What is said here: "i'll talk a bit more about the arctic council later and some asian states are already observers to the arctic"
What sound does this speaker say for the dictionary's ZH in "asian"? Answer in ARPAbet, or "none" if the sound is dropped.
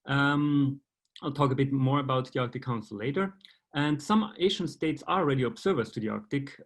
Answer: SH